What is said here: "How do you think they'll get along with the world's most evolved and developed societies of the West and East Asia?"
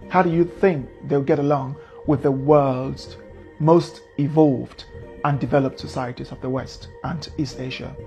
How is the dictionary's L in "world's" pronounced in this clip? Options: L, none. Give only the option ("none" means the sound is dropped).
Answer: L